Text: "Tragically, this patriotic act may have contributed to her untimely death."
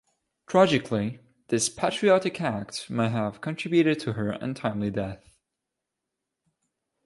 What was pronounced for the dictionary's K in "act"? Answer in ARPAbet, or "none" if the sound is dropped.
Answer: K